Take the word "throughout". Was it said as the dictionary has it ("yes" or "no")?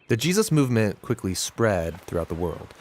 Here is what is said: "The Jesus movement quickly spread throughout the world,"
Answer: yes